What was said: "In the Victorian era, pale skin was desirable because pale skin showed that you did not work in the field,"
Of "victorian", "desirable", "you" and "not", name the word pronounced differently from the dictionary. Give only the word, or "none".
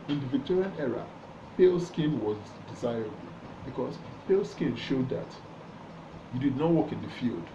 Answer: none